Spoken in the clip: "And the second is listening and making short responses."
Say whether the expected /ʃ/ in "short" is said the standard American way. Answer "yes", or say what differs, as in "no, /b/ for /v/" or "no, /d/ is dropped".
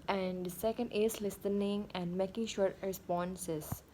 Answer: yes